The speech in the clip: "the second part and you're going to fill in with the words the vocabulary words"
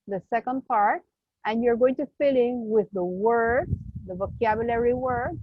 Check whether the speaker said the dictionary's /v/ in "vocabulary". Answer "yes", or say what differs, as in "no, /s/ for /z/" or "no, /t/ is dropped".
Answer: yes